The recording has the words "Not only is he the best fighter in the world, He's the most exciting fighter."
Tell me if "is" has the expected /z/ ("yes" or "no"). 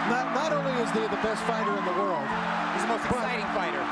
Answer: yes